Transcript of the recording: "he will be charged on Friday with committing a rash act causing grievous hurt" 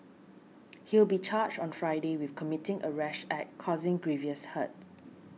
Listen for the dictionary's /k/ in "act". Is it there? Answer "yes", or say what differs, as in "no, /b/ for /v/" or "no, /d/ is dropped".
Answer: no, /k/ is dropped